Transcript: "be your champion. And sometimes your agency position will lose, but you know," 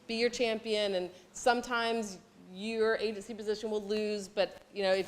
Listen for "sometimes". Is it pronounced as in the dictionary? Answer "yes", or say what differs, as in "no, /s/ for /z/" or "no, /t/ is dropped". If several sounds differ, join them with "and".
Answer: yes